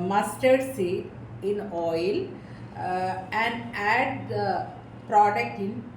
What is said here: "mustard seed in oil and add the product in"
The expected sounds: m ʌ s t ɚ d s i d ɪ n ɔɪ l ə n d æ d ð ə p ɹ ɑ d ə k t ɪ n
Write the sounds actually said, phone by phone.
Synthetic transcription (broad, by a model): m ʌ s t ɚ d s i ɪ n ɔɪ l ə n d æ d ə p ɹ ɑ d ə k t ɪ n